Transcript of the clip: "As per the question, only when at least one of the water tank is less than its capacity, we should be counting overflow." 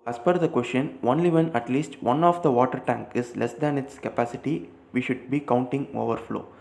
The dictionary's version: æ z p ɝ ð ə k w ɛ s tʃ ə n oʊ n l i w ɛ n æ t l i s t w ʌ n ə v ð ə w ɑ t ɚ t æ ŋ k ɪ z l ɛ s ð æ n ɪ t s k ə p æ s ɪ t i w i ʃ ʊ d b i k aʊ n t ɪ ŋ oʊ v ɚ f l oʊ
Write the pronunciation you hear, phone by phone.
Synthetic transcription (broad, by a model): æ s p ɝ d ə k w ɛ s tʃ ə n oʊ n l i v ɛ n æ t l i s t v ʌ n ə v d ə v ɑ t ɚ t æ ŋ k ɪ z l ɛ s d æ n ɪ t s k ə p æ s ɪ t i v i ʃ ʊ d b i k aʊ n t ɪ ŋ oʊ v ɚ f l oʊ